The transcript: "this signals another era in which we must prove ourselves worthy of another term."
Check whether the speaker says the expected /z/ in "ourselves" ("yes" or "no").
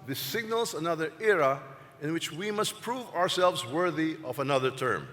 yes